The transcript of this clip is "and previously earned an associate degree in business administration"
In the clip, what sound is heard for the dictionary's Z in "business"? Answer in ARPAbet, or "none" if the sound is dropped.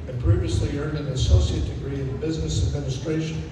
Z